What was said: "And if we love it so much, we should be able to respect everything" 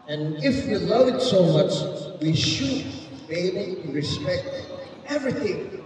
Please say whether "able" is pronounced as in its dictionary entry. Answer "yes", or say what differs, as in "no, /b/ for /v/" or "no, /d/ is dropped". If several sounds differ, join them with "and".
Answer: no, /b/ is dropped